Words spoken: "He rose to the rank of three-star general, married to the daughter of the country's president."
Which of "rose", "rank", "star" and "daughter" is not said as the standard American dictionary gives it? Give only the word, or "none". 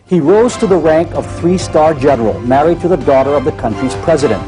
none